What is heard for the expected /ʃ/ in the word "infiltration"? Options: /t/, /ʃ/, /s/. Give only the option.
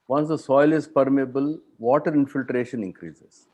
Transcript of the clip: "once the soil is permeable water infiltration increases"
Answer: /ʃ/